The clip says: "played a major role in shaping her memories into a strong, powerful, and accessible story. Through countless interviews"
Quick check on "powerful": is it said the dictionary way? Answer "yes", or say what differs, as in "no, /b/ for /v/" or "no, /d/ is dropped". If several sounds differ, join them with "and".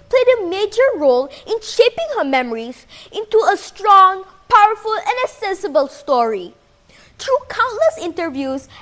yes